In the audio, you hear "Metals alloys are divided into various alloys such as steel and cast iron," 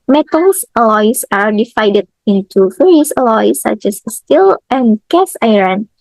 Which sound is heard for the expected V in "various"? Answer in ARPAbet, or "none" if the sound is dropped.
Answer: F